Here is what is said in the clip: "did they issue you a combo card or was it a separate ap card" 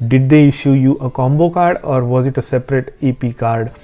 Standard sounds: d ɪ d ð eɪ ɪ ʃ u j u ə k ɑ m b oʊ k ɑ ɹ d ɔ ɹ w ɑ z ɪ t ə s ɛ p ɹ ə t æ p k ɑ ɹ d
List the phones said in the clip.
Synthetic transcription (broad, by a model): d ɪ d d eɪ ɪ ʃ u j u ə k ɑ m b oʊ k ɑ ɹ d ɔ ɹ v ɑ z ɪ t ə s ɛ p ɹ ə t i p k ɑ ɹ d